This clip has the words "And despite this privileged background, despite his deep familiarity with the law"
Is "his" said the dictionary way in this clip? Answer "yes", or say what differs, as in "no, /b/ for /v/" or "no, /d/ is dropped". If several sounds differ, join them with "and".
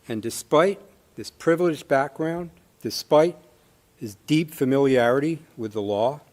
yes